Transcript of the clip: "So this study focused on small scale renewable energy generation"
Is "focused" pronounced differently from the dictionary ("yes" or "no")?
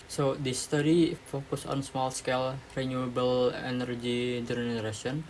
yes